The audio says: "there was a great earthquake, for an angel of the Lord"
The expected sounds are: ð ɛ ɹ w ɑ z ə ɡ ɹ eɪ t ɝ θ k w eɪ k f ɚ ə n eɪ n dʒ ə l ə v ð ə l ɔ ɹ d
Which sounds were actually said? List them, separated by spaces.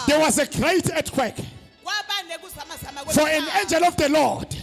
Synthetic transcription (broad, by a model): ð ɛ w ɑ z ə ɡ ɹ eɪ t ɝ t k w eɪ k f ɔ ə n eɪ n dʒ ə l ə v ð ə l ɔ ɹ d